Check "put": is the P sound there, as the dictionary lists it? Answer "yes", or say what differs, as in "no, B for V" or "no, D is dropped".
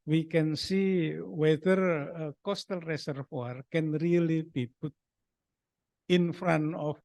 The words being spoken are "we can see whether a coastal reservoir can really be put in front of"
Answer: no, B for P